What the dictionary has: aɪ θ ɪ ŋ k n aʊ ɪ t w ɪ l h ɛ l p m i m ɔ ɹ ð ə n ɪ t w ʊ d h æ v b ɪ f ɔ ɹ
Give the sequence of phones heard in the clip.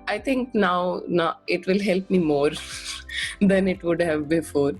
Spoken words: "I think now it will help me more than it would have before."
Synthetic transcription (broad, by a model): aɪ t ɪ ŋ k n aʊ ɪ t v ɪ l h ɛ l p m i m ɔ ɹ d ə n ɪ t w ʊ d h æ v b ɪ f ɔ ɹ